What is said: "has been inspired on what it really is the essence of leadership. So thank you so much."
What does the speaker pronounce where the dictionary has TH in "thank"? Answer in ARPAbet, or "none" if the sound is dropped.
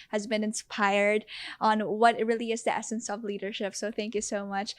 TH